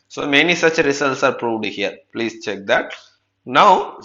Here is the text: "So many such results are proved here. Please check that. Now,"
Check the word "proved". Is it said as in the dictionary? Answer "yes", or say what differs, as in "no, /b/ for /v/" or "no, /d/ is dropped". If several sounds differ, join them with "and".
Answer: yes